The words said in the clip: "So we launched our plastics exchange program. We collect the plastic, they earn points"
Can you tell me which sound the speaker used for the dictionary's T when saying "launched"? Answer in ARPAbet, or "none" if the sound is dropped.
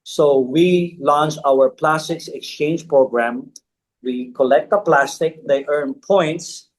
none